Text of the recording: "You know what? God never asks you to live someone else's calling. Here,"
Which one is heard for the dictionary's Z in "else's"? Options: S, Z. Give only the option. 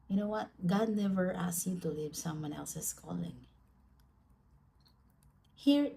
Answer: S